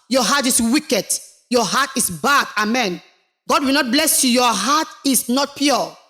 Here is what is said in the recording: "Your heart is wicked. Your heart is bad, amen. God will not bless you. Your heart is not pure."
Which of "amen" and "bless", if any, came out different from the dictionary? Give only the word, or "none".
none